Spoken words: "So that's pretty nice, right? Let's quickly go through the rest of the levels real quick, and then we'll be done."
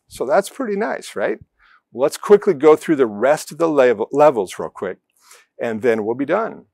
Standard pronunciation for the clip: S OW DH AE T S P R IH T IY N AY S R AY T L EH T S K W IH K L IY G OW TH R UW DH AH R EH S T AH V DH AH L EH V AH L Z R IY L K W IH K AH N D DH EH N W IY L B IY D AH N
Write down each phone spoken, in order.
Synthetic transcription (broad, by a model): S OW DH AE T S P R IH T IY N AY S R AY T L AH T S K W IH K L IY G OW TH R UW DH AH R EH S T AH V DH AH L EH V L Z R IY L K W IH K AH N DH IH N W IY L B IY D AH N